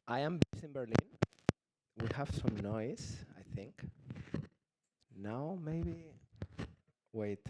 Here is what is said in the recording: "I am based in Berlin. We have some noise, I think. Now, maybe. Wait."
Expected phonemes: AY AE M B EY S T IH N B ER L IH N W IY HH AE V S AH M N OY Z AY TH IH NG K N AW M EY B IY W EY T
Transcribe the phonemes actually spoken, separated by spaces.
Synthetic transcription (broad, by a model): AY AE M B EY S IH N B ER L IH N W IY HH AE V S AH M N OY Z AY TH IH NG K N AW M EY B IY W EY T